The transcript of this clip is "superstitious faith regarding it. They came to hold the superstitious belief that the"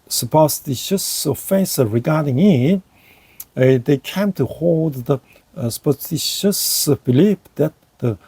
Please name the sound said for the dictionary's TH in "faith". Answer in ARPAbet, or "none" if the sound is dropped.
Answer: S